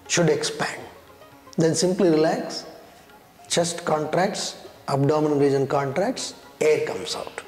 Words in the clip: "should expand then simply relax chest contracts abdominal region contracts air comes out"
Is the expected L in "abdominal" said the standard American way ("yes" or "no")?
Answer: no